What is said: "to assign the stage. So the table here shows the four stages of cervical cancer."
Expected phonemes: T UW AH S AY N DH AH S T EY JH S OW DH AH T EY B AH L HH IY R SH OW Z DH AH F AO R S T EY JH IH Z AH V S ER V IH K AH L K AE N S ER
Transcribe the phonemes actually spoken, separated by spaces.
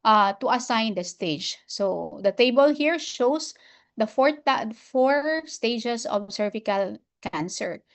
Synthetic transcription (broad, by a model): T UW AH S AY N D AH S T EY JH S OW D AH T EY B AH L HH IY R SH OW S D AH F AO R S T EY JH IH S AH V S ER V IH K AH L K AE N S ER